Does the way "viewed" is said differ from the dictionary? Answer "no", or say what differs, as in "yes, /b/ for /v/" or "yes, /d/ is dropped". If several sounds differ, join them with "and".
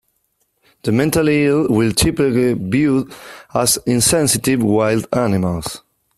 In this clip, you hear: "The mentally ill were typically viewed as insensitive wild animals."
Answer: yes, /b/ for /v/